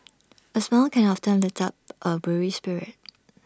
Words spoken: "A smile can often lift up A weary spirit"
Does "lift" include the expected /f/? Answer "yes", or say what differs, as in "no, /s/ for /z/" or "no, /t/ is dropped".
no, /f/ is dropped